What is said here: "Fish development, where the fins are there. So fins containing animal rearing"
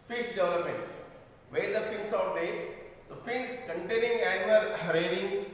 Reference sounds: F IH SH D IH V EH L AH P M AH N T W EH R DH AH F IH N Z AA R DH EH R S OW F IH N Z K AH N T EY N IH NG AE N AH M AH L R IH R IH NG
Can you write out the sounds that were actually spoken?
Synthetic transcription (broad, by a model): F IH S D IH V EH L AH P M AH N T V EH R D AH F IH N S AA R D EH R S OW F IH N S K AH N T EY N IH NG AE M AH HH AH R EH R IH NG